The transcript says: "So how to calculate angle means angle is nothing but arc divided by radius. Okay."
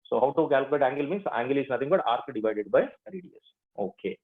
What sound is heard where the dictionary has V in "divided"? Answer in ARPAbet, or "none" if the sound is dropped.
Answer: V